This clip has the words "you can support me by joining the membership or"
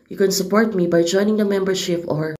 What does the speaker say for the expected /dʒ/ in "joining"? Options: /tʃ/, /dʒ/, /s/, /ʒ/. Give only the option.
/dʒ/